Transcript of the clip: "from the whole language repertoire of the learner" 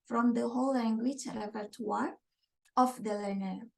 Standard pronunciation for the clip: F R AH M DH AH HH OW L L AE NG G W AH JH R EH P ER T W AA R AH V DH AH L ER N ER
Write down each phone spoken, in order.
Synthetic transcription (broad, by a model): F R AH M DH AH HH OW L L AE NG G W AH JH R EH F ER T W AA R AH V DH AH L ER N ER